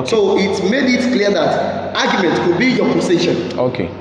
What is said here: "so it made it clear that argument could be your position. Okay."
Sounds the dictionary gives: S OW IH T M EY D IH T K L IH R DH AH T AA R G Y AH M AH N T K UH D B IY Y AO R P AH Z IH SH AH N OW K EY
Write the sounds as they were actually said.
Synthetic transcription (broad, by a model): S OW IH T M EY D IH T K L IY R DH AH T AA G Y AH M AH N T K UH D B IY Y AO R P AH S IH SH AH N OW K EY